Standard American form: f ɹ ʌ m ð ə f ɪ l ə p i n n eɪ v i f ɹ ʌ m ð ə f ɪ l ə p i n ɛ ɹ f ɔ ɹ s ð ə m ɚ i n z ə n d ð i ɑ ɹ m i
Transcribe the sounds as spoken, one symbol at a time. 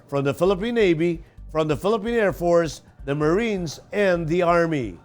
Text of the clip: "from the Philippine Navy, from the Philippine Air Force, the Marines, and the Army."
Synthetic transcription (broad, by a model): f ɹ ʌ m ð ə f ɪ l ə p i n n eɪ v i f ɹ ʌ m ð ə f ɪ l ə p i n ɛ ɹ f ɔ ɹ s ð ə m ɚ i n z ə n ð i ɑ ɹ m i